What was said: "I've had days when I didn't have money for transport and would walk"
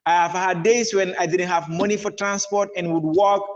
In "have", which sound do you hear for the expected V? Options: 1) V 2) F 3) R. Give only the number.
1